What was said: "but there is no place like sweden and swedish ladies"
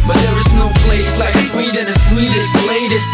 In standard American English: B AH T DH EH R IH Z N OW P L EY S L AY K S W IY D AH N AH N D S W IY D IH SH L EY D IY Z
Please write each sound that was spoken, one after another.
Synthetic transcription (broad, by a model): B AH T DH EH R IH Z N OW P L EY S L AY K S W IY D AH N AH S W IY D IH S L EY D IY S